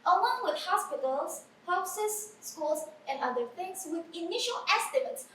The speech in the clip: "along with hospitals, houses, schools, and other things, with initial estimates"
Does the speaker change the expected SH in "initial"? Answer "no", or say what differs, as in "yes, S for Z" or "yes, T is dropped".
no